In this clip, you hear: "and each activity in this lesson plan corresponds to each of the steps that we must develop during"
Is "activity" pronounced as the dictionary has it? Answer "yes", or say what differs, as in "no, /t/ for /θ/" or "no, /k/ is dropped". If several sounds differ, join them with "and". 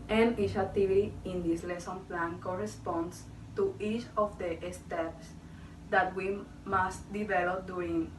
no, /k/ is dropped